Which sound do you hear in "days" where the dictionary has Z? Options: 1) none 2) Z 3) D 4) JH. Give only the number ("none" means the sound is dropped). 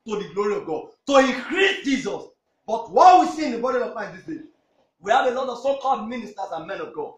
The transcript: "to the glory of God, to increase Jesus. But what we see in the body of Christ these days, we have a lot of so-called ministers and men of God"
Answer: 1